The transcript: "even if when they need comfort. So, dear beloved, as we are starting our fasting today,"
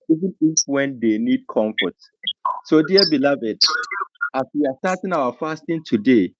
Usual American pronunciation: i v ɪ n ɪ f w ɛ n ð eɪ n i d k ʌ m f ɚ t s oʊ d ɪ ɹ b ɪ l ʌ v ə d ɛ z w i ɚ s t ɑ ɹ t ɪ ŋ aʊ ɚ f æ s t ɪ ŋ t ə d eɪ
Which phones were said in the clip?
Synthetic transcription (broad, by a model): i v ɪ n ɪ f w ɛ n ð eɪ n i d k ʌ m f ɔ t s oʊ d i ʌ b ɪ l ʌ v ə d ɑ s w i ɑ s t ɑ t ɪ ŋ aʊ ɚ f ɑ s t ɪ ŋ t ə d eɪ